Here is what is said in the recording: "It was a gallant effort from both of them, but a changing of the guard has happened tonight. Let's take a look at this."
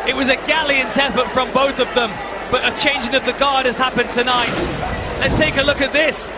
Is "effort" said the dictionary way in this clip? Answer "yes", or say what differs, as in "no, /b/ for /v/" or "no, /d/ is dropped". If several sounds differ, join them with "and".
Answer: no, /p/ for /f/